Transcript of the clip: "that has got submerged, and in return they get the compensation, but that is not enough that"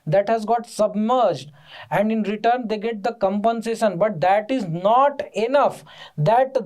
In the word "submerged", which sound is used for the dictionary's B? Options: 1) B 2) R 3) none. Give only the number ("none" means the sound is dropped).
1